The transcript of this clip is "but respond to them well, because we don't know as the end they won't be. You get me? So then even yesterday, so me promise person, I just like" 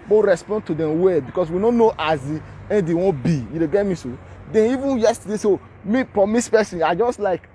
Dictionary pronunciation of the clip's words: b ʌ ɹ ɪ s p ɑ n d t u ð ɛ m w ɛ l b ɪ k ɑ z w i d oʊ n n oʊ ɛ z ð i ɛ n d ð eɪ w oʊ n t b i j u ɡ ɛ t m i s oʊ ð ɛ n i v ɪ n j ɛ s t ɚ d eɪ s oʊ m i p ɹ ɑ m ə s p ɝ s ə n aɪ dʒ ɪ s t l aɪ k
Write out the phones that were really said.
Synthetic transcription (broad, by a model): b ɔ ɹ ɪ s p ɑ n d t u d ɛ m w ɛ b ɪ k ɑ s w i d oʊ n n oʊ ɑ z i ɛ n d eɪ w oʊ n b i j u ɡ ɛ t m i s oʊ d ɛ n i v ɪ n j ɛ s t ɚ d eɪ s oʊ m i p ɹ ɑ m ə s p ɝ s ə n aɪ dʒ ɪ s t l aɪ k